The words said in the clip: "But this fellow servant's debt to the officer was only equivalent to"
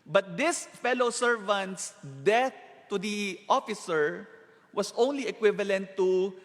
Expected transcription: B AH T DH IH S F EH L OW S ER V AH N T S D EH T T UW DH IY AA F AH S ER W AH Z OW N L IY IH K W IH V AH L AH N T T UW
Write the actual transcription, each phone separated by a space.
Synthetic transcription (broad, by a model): B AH T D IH S F EH L OW S ER V AH N T S D EH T T UW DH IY AA F AH S ER W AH S OW N L IY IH K W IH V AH L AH N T T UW